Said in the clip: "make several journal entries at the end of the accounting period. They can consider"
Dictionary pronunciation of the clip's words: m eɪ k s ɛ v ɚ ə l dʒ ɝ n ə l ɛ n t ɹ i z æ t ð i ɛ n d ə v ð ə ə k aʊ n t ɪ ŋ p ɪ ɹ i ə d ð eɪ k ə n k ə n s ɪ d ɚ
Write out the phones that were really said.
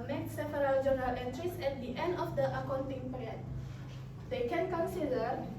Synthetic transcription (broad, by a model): m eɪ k s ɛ f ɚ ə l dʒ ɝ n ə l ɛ n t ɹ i s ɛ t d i ɛ n d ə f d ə ə k aʊ n t ɪ ŋ p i ɹ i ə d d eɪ k ə n k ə n s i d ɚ